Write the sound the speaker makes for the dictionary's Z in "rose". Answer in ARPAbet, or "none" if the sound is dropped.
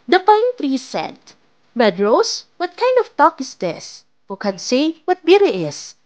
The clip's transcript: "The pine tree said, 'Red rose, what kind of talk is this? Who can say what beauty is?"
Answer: S